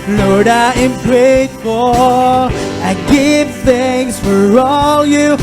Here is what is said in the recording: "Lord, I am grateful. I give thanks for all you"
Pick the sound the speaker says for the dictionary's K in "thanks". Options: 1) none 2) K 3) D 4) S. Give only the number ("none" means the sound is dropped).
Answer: 1